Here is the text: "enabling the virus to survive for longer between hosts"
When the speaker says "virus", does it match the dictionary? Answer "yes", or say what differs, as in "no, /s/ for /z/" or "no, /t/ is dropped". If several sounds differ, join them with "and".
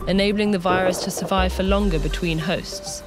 yes